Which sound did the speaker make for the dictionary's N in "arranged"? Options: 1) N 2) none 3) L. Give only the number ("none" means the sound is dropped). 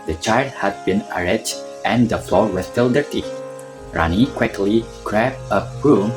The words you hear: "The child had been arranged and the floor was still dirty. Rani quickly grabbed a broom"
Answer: 2